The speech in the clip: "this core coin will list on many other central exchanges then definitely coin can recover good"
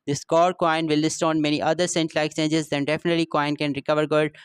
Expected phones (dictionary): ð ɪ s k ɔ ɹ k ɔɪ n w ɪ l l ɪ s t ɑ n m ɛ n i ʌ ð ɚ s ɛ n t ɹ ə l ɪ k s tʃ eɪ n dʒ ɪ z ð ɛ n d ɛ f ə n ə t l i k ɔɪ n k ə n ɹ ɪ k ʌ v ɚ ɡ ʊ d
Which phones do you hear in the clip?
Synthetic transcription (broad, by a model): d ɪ s k ɔ ɹ k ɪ n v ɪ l l ɪ s t ɑ n m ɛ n i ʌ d ɚ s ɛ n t l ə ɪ k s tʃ eɪ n dʒ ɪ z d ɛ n d ɛ f ə n ə t l i k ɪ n k ə n ɹ ɪ k ʌ v ɚ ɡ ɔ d